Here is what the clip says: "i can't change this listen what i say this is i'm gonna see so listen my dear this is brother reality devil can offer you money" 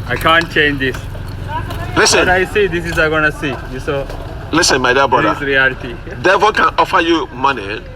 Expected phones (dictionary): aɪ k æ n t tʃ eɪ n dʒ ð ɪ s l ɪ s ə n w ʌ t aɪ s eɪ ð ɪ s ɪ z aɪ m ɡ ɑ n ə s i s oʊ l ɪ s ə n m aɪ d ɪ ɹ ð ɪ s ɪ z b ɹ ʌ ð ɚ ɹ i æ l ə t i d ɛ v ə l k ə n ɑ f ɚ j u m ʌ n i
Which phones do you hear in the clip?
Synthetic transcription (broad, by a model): aɪ k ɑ n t tʃ eɪ n dʒ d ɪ s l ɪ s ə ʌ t aɪ s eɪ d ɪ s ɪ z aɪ ɡ ɑ n ə s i s oʊ l ɪ s ə n m aɪ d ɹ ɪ ɪ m b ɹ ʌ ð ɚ ɹ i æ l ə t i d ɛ f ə k ə n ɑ f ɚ j u m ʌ n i